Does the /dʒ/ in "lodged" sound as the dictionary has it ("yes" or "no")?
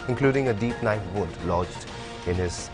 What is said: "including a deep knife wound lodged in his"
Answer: yes